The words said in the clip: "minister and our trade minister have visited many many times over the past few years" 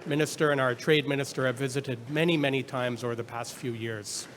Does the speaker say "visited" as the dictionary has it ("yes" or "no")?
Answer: yes